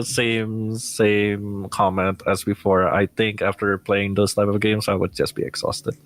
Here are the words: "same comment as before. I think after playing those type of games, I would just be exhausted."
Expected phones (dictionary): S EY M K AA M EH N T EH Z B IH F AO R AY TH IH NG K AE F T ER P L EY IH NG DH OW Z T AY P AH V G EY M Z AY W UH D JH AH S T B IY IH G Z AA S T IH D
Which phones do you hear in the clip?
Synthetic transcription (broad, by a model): S EY M K AA M EH N T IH Z B IH F AO R AY TH IH NG K AE F T ER P L EY IH NG DH OW Z T AY P AH V G EY M Z AY W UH D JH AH S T B IY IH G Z AA S T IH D